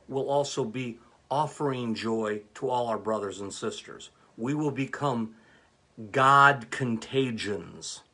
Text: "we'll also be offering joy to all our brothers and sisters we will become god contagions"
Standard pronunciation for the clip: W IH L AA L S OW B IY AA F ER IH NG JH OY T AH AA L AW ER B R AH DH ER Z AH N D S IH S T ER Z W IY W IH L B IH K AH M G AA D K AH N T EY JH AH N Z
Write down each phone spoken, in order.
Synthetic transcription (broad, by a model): W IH L AA L S OW B IY AA F ER IH NG JH OY T AH AA L AW ER B R AH DH ER Z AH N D S IH S T ER Z W IY W IH L B IH K AH M G AA D K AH N T EY JH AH N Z